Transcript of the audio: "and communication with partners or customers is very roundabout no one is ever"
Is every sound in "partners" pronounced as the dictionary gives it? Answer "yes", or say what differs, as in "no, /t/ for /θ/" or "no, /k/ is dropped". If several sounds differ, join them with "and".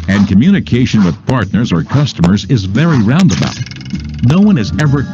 yes